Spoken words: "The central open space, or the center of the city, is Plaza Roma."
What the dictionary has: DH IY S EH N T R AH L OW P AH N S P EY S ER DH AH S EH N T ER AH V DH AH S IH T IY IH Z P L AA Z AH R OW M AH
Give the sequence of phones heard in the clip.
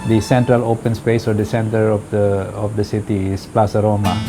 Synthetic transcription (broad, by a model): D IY S EH N T R AH L OW P AH N S P EY S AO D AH S EH N T ER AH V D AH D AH S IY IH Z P L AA S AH R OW M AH